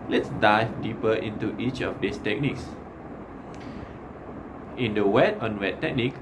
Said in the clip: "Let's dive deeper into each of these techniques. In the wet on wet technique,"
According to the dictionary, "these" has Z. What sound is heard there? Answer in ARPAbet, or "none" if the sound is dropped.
S